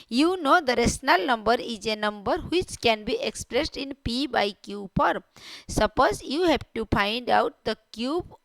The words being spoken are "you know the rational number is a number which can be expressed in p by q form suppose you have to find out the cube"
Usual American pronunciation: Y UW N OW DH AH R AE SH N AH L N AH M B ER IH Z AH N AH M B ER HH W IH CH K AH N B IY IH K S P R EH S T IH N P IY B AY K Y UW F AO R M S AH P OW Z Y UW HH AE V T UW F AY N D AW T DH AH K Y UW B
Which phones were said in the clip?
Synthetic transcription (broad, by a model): Y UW N OW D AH R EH S N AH L N AH M B ER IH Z AH N AH M B ER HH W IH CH K AH N B IY IH K S P R EH S T IH N P IY B AY K Y UW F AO R S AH P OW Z Y UW HH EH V T UW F AY N D AW T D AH K Y UW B